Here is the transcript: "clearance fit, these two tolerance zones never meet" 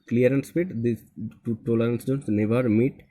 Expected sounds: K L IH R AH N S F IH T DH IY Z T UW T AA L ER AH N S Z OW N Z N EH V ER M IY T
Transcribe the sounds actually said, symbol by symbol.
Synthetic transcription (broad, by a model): K L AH R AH N S P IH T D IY T UW T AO L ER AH N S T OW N S N EH V ER M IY T